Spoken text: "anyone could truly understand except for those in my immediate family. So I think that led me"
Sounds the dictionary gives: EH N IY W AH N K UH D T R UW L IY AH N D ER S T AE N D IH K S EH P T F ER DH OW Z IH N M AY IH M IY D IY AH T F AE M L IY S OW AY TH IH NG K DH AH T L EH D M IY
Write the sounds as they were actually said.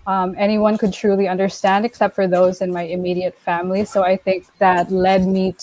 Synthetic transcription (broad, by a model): EH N IY W AH N K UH D T R UW L IY AH N D ER S T AE N D IH K S EH P T F ER DH OW Z IH N M AY IH M IY D IY AH T F AE M L IY S OW AY TH IH NG K DH AH T L EH D M IY